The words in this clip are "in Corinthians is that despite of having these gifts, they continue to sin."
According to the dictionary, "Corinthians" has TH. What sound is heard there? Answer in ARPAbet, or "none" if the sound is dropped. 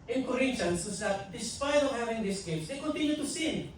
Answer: T